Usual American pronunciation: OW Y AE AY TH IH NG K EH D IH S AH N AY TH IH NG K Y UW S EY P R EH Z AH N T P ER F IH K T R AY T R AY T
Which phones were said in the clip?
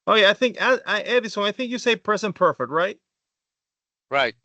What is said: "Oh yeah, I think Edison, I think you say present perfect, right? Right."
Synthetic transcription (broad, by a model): OW Y AE AY TH IH NG K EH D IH S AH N AY TH IH NG K Y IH S EY P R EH S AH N P ER F IH K T R AY T R AY T